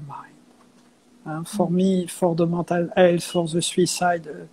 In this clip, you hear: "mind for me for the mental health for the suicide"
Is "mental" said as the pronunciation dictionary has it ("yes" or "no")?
no